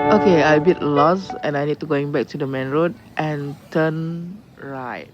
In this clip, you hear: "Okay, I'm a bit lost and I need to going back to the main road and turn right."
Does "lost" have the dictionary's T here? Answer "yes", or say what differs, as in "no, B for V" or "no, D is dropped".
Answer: no, T is dropped